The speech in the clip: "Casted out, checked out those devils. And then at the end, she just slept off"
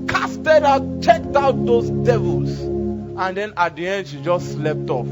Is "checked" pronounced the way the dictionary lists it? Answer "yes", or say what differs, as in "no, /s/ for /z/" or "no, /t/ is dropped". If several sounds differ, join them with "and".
yes